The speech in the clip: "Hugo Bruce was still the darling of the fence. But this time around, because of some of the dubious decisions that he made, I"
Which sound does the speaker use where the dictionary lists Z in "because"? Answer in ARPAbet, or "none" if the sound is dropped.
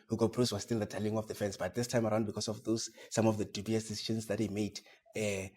S